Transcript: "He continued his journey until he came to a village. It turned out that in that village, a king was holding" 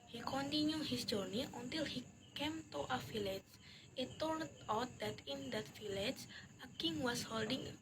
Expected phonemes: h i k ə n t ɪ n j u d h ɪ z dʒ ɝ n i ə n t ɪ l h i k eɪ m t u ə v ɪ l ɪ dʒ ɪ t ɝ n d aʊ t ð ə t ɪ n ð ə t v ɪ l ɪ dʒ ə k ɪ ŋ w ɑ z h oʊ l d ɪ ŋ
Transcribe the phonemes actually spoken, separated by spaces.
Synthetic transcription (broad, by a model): h i k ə n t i n j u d h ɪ s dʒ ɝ n i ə n t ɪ l h i k eɪ m t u ə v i l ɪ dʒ ɪ t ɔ l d aʊ t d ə t ɪ n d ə t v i l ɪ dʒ ə k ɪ ŋ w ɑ s h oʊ l d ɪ ŋ